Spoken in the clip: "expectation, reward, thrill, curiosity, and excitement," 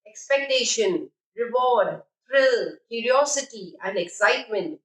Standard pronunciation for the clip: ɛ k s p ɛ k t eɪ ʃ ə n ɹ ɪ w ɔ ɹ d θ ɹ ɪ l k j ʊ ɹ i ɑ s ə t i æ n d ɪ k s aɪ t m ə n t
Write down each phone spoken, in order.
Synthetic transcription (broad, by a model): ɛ k s p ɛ k t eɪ ʃ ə n ɹ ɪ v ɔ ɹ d t ɹ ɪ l k j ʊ ɹ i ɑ s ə t i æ n d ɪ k s aɪ t m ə n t